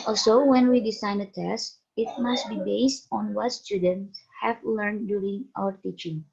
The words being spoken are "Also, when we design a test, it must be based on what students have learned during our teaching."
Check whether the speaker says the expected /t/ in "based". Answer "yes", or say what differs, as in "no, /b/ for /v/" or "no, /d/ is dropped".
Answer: yes